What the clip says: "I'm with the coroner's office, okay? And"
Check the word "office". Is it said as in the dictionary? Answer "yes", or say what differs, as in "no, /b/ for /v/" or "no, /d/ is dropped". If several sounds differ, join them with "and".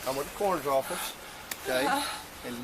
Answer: yes